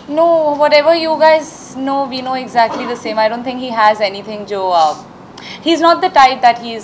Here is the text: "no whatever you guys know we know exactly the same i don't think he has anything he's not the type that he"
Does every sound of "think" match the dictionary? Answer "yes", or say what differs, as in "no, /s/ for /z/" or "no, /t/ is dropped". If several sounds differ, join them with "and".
no, /t/ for /θ/